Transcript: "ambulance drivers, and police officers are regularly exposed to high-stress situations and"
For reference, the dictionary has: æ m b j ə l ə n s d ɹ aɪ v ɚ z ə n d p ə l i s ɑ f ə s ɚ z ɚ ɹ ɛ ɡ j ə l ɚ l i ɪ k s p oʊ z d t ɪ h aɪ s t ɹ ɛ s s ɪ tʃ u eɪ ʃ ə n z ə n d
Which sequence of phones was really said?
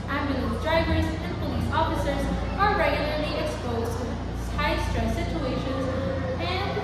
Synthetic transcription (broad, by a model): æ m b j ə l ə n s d ɹ aɪ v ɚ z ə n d p ə l i s ɑ f ə s ɚ z ɚ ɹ ɛ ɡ j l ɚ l i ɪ k s p oʊ z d t ɪ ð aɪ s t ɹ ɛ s s ɪ tʃ u eɪ ʃ ə n z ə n